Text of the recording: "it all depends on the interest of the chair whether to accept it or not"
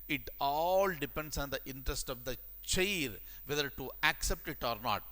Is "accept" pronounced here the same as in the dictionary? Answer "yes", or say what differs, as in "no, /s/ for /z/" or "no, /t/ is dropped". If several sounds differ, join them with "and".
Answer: yes